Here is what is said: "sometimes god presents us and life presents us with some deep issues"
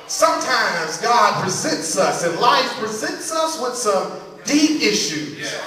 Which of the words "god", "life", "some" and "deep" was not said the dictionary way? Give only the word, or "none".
none